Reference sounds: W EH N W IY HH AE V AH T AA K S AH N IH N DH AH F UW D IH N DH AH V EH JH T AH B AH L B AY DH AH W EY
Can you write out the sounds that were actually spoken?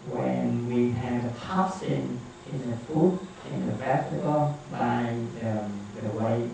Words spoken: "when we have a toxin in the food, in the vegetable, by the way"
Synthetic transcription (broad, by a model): W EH N W IY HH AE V AH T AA S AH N IH N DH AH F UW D IH N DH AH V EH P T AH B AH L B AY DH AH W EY